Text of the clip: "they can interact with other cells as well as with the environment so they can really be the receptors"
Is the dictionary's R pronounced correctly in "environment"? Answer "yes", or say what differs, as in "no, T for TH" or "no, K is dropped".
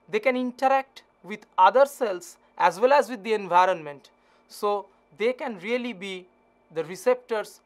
yes